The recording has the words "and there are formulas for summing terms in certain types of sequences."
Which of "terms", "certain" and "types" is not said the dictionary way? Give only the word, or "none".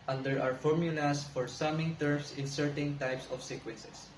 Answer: terms